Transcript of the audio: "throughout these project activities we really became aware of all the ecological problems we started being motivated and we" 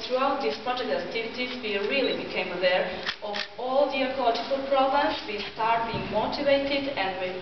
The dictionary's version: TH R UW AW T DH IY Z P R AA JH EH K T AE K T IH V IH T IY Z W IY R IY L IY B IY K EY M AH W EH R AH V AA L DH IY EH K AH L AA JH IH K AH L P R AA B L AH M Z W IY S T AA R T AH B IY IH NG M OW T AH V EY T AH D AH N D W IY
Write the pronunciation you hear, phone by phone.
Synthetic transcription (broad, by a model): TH R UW AW T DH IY S P R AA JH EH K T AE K T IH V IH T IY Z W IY R IY L IY B IY K EY M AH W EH R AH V AA L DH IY EH K AH L AA JH IH K AH L P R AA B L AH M S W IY S T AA R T B IY IH NG M OW T AH V EY T AH D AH N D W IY